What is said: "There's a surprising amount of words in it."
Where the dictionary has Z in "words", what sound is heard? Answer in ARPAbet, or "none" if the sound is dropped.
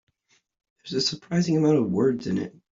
Z